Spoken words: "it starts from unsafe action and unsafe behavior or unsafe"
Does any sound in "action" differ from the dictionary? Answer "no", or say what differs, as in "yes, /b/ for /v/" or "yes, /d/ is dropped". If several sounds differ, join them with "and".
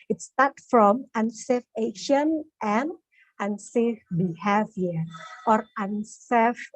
yes, /k/ is dropped